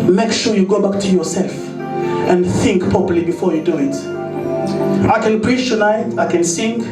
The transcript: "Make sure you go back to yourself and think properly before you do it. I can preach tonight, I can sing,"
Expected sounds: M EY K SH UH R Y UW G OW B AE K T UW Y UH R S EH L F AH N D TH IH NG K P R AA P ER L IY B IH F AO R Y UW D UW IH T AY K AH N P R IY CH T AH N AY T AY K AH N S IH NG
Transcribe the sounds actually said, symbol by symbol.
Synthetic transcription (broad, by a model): M EY K SH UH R Y UW G OW B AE K T UW Y UH R S EH L F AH N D TH IH NG K P R AA P ER L IY B IH F AO R Y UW D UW IH T AY K AH N P R IY CH T AH N AY T AY K AH N S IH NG